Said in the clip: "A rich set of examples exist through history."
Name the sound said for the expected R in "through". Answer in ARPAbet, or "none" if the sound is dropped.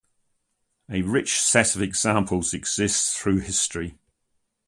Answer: R